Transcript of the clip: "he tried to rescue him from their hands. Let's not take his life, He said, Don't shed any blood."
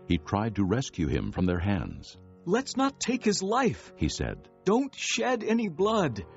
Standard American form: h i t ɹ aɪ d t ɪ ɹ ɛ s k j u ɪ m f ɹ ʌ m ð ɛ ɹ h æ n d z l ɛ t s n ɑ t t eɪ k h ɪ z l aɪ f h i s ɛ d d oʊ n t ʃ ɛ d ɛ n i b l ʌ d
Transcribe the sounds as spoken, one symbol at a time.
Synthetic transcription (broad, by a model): h i t ɹ aɪ d t ɪ ɹ ɛ s k j u ɪ m f ɹ ʌ m ð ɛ ɹ h æ n d z l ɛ t s n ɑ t t eɪ k h ɪ z l aɪ f h i s ɛ d d oʊ n t ʃ ɛ d ɛ n i b l ʌ d